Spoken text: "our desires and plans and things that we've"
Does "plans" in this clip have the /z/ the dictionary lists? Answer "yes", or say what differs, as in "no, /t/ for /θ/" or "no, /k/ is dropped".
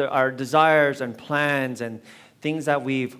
yes